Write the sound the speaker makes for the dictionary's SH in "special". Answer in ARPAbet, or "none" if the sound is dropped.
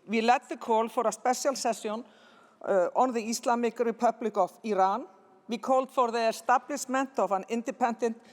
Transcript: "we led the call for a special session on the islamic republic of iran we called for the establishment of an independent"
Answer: S